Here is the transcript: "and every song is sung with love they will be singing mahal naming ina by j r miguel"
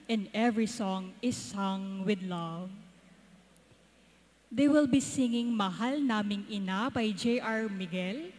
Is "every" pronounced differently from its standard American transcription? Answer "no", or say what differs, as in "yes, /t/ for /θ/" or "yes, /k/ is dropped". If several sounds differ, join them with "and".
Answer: no